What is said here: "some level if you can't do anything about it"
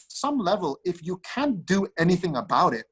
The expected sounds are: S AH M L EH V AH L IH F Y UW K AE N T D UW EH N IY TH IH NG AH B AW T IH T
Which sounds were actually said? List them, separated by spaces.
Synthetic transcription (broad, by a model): S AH M L EH V AH L IH F Y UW K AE N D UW EH N IY TH IH NG AH B AW T IH T